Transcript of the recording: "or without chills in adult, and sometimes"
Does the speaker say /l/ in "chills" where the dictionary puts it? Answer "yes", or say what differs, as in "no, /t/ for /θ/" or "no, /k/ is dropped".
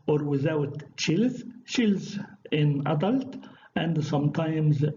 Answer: yes